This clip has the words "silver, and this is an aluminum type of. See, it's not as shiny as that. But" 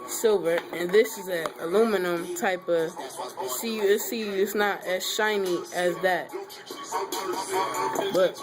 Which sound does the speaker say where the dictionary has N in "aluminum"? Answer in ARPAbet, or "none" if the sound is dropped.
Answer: N